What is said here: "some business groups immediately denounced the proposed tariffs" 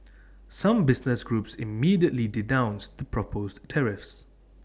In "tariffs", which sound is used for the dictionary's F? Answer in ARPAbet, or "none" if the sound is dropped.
F